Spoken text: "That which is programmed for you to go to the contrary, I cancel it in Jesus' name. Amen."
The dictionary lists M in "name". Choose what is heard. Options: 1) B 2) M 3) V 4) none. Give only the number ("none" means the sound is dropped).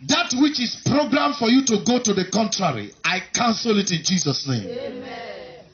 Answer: 4